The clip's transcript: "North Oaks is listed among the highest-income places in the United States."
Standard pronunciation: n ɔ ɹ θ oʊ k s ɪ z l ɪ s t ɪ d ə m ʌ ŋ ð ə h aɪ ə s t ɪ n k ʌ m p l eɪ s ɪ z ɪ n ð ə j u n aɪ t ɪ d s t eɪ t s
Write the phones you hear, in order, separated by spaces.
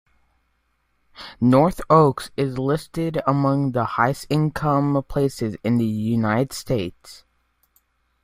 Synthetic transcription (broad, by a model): n ɔ ɹ θ oʊ k s ɪ z l ɪ s t ɪ d ə m ʌ ŋ ð ə h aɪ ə s ɪ n k ʌ m p l eɪ s ɪ z ɪ n ð ə j u n aɪ t ɪ d s t eɪ t s